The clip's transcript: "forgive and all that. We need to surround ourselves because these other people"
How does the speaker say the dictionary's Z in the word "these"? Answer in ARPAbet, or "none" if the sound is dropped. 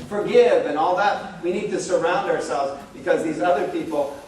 Z